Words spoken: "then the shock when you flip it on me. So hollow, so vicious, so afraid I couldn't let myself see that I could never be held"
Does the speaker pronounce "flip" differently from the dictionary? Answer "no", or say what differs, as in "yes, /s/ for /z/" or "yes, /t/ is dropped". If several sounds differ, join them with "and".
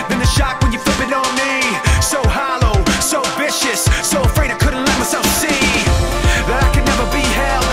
yes, /l/ is dropped